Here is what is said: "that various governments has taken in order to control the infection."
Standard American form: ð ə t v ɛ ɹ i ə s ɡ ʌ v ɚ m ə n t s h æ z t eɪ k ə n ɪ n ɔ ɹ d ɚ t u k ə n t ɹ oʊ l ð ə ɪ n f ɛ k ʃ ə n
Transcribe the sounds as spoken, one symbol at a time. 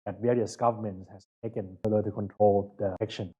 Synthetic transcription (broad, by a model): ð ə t v ɛ ɹ i ə s ɡ ʌ v ɚ m ə n t s h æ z t eɪ k ə n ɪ l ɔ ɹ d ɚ t u k ə n t ɹ oʊ l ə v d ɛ k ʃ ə n